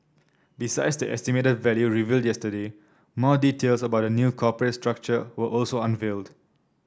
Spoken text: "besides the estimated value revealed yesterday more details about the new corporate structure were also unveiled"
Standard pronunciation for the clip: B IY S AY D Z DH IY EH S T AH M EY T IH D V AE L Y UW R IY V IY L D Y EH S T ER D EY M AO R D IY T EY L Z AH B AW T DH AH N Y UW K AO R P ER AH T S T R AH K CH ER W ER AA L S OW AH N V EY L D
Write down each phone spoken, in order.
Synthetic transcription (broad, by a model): B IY S AY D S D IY EH S T AH M EY T IH D V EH L Y UW R IY V IY L D Y EH S T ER D EY M AO D IY T EY L S AH B AW T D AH N Y UW K AO P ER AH T S T R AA K CH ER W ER AA L S OW AH N V EY L D